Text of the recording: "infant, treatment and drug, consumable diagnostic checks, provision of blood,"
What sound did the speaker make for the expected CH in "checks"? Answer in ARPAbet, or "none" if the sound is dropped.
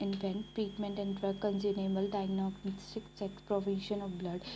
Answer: S